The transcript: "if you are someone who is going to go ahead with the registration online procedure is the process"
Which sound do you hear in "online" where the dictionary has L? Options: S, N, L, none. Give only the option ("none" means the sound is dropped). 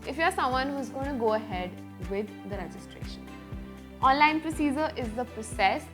L